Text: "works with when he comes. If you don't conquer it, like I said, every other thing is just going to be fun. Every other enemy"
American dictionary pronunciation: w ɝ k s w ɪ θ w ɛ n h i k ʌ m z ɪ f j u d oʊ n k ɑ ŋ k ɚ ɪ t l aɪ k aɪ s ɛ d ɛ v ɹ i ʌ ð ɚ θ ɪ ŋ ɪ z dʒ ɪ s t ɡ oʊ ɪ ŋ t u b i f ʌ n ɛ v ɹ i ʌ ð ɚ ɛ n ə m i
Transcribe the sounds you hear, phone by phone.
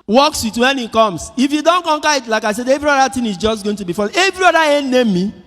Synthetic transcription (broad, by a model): w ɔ k s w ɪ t w ɛ n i k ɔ m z ɪ f j u d oʊ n k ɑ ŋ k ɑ ɪ t l aɪ k aɪ s ɛ d ɛ v ɹ i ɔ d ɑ t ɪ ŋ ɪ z dʒ ɪ s t ɡ oʊ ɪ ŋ t u b i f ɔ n ɛ v ɹ i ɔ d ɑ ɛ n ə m i